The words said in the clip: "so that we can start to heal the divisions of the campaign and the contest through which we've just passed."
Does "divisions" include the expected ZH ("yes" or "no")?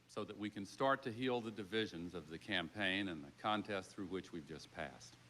yes